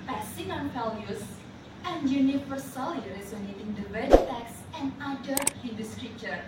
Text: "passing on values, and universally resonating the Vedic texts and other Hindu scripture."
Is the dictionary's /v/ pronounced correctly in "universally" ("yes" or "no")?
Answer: no